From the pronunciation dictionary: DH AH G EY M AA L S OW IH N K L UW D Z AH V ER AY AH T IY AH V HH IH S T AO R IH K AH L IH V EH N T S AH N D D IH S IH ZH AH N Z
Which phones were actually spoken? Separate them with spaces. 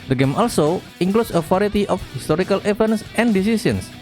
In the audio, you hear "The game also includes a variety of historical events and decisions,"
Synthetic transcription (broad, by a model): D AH G EY M AA L S OW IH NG K L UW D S AH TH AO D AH T IY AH F HH IH S T AO R IH K AH L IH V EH N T S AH N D D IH S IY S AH N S